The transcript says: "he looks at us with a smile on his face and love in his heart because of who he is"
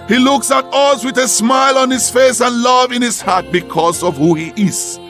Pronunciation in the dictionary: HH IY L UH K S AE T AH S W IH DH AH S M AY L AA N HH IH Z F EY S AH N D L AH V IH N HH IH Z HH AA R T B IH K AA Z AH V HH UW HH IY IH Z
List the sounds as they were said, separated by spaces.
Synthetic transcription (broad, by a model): HH IY L UH K S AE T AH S W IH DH AH S M AY L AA N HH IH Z F EY S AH N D L AH V IH N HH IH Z HH AA R T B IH K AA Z AH V HH UW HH IY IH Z